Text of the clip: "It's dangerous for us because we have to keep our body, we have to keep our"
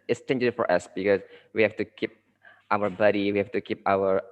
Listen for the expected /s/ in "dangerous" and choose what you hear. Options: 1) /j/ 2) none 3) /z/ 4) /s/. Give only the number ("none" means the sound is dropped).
2